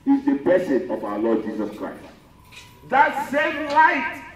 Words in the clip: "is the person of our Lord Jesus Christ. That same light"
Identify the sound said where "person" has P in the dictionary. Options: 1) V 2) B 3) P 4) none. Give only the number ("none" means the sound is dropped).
2